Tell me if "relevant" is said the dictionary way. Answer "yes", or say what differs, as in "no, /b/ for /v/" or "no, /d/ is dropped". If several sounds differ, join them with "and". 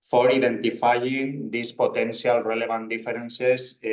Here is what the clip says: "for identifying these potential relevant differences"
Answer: no, /b/ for /v/